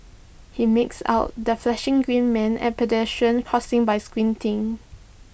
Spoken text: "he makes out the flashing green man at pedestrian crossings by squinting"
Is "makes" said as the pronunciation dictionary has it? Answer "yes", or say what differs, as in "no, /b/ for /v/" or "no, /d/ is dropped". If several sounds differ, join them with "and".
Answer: yes